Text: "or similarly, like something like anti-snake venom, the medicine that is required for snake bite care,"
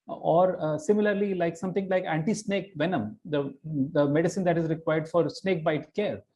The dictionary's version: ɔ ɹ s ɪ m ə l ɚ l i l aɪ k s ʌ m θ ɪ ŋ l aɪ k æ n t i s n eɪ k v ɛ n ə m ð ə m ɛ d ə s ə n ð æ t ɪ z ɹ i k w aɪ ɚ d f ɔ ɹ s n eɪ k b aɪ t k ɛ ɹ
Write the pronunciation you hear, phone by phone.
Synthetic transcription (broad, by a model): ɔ ɹ s ɪ m ə l ɚ l i l aɪ k s ʌ m t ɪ ŋ l aɪ k æ n t i s n eɪ k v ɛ n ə m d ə m ɛ d ə s ə n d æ t ɪ z ɹ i k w aɪ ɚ d f ɔ ɹ s n eɪ k b aɪ t k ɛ ɹ